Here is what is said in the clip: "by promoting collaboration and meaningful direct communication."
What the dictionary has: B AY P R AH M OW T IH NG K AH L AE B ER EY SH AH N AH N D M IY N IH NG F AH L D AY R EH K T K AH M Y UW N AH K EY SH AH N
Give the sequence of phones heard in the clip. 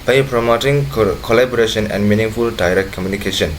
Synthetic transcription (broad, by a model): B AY P R AH M OW T IH NG K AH L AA B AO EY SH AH N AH N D M IY N IH NG F AH L D AY R EH K T K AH M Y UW N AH K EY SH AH N